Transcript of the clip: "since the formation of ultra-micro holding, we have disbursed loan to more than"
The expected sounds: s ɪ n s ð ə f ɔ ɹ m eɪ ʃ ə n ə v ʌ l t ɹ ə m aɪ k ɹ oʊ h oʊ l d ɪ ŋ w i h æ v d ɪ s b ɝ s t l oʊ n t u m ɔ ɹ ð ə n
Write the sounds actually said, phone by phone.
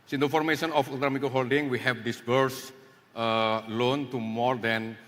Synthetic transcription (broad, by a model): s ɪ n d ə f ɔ ɹ m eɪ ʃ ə n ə f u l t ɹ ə m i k oʊ h oʊ l d ɪ ŋ w i h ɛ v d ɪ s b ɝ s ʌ l oʊ n t u m ɔ ɹ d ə n